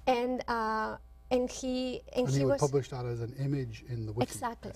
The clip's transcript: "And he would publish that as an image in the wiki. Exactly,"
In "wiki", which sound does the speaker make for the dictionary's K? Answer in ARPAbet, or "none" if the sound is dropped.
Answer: none